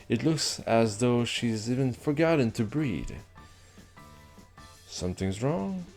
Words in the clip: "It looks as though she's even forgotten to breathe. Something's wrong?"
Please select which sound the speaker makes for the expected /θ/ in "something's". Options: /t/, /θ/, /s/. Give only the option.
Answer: /θ/